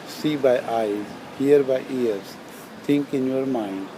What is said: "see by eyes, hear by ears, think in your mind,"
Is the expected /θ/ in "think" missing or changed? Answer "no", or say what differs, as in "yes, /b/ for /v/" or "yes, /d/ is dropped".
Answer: yes, /t/ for /θ/